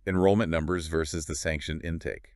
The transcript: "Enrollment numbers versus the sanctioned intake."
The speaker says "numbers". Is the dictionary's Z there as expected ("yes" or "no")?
yes